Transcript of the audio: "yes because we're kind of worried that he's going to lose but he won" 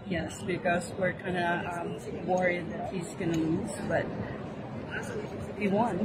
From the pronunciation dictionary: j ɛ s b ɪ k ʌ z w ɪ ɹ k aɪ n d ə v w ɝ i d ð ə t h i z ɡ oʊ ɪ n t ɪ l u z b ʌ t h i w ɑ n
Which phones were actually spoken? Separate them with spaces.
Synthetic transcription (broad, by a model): j ɛ s b ɪ k ʌ z w ɪ ɹ k aɪ n d ə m w ɝ i d ð ə t h i z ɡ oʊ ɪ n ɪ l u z b ʌ t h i w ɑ n